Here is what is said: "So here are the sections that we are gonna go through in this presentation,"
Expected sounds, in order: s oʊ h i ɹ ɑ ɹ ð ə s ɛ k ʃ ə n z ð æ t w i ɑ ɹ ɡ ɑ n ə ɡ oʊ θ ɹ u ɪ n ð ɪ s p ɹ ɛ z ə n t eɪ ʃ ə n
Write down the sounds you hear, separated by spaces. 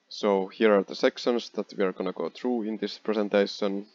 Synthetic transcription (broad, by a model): s oʊ h i ɹ ɑ ɹ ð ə s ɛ k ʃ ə n s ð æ t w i ɑ ɹ ɡ ɑ n ə ɡ oʊ θ ɹ u ɪ n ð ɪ s p ɹ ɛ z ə n t eɪ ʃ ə n